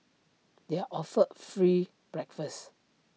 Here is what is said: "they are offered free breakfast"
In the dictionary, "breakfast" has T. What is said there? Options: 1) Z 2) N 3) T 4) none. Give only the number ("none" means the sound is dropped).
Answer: 4